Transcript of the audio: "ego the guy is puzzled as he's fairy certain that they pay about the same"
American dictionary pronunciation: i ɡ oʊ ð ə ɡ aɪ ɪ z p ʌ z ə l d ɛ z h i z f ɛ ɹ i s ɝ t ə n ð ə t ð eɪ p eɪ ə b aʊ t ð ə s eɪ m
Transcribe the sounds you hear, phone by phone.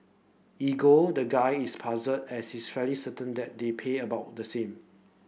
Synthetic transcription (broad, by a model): i ɡ oʊ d ə ɡ aɪ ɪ s p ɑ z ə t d ɛ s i s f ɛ l i s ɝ t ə n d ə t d eɪ p eɪ ə b aʊ t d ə s eɪ m